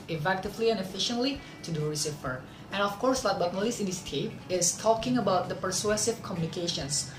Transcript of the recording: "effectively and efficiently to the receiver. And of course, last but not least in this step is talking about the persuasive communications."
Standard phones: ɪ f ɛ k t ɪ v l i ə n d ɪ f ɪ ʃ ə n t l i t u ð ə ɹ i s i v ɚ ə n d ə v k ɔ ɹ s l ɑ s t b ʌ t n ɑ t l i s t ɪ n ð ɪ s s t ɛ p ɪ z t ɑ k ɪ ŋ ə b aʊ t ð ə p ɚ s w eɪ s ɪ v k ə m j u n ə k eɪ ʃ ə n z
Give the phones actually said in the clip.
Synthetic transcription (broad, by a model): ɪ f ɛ k t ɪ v l i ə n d ɪ f ɪ ʃ ə n t l i t u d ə ɹ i s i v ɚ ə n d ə f k ɔ ɹ s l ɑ t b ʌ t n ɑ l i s ɪ n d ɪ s s t ɛ p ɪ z t ɑ k ɪ ŋ ə b aʊ t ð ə p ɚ s w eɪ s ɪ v k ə m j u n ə k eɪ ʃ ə n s